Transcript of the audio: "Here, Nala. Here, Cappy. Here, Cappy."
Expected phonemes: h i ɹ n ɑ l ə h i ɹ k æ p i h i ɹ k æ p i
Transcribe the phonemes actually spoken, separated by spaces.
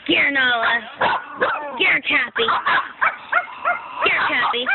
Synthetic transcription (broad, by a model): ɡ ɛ ɹ n ɑ l ə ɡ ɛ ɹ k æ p i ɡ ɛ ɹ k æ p i